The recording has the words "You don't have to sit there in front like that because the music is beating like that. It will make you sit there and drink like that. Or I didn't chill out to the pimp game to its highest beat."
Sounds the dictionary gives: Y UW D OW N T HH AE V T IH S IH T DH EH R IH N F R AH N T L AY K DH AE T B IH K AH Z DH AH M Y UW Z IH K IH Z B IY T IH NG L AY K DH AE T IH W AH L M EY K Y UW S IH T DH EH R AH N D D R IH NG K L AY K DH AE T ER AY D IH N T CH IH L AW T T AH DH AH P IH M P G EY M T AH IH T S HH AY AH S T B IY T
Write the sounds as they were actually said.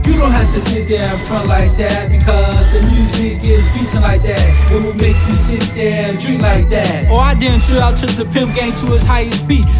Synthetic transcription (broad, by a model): Y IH D OW N T HH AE F T IH S IH T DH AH R IH N F R AH N T L AY K DH AE T B IH K AH Z DH AH M Y UW Z IH K IH Z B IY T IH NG L AY K DH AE T IH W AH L M EY K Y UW S IH T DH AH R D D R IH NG L AY K DH AE T ER AY D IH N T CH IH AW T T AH DH AH P IH M P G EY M T AH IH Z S HH AY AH S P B IY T